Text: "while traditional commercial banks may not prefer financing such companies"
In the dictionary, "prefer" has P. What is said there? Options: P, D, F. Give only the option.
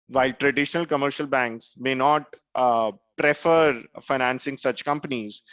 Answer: P